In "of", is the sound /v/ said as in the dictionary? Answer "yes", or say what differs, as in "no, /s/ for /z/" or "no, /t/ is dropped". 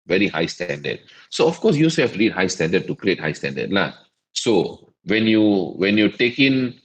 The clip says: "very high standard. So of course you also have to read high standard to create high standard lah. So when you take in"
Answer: no, /f/ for /v/